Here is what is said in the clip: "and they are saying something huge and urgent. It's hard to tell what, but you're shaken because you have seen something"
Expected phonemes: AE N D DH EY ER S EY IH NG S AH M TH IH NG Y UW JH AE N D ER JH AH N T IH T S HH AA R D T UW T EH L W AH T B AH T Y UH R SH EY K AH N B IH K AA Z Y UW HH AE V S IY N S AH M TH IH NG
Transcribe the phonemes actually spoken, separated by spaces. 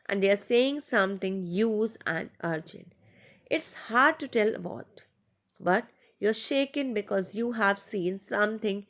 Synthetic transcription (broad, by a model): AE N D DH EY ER S EY IH NG S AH M T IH NG Y UW Z AE N D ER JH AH N T IH T S HH AA R D T UW T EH L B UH T B AH T Y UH R SH EY K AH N B IH K AA Z Y UW HH AE V S IY N S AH M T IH NG